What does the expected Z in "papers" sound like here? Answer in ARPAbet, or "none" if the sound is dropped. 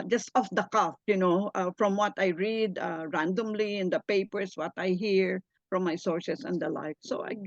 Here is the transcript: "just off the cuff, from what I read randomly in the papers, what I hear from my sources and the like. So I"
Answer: S